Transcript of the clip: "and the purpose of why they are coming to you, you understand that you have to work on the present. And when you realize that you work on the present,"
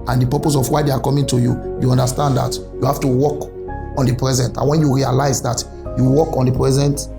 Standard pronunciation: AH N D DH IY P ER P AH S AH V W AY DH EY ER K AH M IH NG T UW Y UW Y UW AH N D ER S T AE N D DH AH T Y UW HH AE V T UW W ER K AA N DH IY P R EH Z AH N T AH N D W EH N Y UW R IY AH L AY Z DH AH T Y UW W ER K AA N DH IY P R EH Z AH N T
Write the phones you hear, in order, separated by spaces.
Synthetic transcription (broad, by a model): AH N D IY P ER P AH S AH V W AY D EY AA K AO M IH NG T UW Y UW Y UW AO N D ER S T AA N D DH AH T Y UW HH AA F T UW W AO K AA N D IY P R EH Z AH N T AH N W EH N Y UW R IY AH L AY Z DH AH T Y UW W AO K AA N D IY P R EH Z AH N T